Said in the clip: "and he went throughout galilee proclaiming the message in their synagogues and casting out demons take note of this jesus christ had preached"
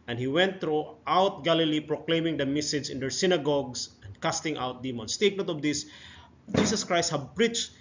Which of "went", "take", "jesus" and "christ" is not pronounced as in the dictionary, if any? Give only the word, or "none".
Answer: jesus